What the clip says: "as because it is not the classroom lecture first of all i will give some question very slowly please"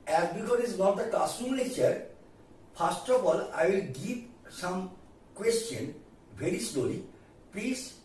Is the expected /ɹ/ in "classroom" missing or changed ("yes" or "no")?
yes